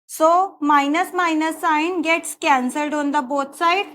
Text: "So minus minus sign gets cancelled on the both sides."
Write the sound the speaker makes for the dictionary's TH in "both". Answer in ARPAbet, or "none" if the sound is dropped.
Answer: T